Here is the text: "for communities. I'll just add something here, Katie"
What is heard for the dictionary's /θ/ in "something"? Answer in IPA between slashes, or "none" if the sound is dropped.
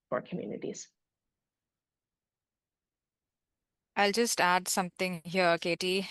/t/